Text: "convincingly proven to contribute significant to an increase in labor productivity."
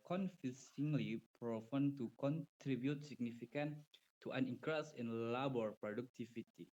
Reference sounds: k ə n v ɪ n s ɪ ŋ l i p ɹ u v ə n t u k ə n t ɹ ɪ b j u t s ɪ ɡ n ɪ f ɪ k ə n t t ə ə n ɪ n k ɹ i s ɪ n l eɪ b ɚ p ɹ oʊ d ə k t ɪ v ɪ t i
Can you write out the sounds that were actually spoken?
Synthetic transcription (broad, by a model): k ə n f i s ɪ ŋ l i p ɹ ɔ f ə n t u k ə n t ɹ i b j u t s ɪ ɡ n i f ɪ k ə n t t ə n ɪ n k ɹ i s ɪ n l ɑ b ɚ p ɹ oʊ d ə k t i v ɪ t i